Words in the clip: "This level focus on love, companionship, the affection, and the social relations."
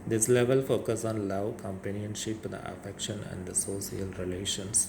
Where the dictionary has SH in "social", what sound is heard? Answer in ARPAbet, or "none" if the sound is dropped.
S